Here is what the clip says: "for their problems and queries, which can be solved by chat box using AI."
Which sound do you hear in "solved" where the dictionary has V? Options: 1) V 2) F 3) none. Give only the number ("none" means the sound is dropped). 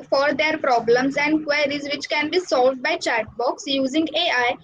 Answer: 1